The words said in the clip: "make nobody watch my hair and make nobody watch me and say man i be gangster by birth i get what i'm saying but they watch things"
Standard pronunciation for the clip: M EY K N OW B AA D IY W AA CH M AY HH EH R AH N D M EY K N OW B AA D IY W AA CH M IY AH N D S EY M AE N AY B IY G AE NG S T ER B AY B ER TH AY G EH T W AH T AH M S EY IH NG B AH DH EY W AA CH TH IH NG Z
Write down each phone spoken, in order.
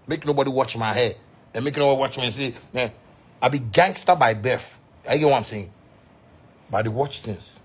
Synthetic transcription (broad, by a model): M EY K N OW B AA D IY W AA CH M AY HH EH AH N M EY K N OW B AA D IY W AA CH M IY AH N S EY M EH AY B IY G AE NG S T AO B AY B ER F AY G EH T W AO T AH M S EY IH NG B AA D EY W AA CH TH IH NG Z